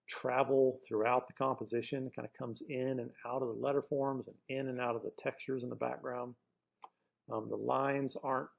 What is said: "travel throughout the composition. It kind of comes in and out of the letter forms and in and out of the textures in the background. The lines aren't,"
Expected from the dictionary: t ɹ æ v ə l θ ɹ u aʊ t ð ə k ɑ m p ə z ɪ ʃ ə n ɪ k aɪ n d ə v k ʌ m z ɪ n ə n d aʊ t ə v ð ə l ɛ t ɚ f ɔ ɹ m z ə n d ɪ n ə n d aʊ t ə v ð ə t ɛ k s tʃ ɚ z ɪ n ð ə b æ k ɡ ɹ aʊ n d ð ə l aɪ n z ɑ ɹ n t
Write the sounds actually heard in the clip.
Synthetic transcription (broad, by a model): t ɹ æ v l θ ɹ u aʊ t ð ə k ɑ m p ə z ɪ ʃ ə n ɪ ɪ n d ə k ʌ m z ɪ n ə n aʊ t ə v ð ə l ɛ t ɚ f ɔ ɹ m z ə n ɪ n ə n aʊ t ə v ð ə t ɛ k s tʃ ɚ z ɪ n ð ə b æ k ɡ ɹ aʊ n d ð ə l aɪ n z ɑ ɹ n t